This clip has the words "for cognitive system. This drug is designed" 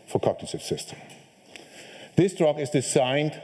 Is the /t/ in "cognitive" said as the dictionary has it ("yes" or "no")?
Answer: no